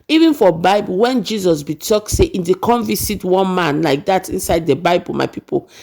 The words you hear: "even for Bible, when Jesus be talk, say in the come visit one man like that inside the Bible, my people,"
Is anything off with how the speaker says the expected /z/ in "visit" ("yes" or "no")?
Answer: yes